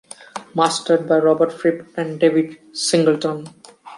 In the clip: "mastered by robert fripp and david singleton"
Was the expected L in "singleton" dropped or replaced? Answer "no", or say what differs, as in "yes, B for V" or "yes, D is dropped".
no